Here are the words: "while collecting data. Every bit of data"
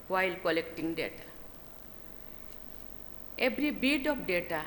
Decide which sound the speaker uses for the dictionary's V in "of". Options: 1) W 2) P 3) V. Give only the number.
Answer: 2